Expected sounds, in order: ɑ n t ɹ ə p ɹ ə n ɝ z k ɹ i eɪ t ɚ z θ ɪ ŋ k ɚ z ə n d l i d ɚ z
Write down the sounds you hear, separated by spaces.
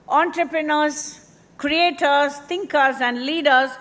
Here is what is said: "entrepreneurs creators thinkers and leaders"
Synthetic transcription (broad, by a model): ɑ n t ɹ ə p ɹ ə n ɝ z k ɹ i eɪ t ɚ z t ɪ ŋ k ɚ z ə n d l i d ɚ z